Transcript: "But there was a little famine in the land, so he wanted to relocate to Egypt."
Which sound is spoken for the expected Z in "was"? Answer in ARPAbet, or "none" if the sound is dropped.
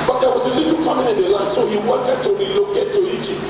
S